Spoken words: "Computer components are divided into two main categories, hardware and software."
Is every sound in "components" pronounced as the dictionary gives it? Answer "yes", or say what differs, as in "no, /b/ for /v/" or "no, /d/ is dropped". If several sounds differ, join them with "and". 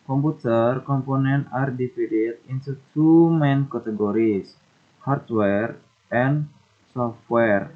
no, /s/ is dropped